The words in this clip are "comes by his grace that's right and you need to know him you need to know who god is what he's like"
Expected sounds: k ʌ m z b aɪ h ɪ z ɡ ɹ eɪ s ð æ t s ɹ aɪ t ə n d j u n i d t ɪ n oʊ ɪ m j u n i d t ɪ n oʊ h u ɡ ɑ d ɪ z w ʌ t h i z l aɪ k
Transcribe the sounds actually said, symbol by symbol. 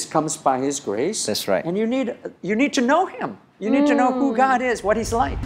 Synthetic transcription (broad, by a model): k ʌ m z b aɪ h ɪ z ɡ ɹ eɪ s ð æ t s ɹ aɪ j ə n d j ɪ n i d t ɪ n oʊ ɪ m j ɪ n i d t ɪ n oʊ h u ɡ ɑ d ɪ z w ʌ t h i z l aɪ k